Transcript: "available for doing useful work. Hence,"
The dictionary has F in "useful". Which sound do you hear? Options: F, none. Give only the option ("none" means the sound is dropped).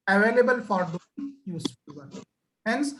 none